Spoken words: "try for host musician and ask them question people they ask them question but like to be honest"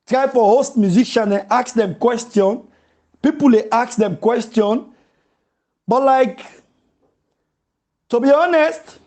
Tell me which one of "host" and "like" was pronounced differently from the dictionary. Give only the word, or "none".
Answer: none